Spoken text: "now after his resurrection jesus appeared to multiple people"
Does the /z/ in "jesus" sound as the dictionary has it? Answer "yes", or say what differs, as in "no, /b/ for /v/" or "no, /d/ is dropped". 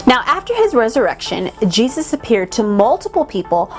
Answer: yes